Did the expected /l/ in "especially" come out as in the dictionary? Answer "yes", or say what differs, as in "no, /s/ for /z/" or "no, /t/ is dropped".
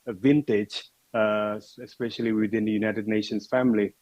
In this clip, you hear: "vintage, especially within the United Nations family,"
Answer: yes